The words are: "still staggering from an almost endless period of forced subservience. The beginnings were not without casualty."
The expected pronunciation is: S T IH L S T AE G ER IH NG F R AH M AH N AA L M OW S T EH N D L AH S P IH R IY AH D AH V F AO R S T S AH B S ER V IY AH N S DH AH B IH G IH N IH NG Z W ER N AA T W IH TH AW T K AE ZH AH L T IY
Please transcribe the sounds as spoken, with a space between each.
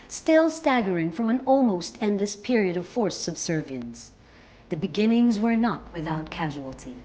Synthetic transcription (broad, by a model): S T IH L S T AE G ER IH NG F R AH M AH N AA L M OW S T EH N D L AH S P IH R IY AH D AH V F AO R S S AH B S ER V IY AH N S DH AH B IH G IH N IH NG Z W ER N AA T W IH TH AW T K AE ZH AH L T IY